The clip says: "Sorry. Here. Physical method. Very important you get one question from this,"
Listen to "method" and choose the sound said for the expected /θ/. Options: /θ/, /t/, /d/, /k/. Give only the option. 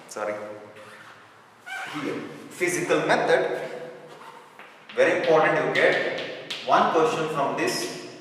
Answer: /t/